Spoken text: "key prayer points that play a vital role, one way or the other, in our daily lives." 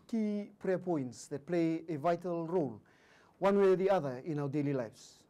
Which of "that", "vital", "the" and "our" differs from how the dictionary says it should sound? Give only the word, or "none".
none